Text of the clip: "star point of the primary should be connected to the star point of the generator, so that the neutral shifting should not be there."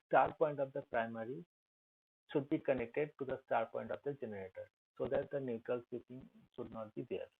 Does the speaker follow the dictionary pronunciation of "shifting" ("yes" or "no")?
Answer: no